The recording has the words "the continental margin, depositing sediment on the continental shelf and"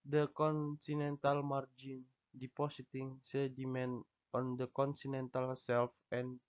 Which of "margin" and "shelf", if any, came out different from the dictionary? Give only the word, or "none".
shelf